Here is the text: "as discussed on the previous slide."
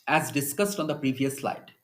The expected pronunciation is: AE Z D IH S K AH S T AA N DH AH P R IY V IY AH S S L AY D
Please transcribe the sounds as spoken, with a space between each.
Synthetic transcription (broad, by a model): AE Z D IH S K AH S T AA N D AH P R IY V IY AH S S L AY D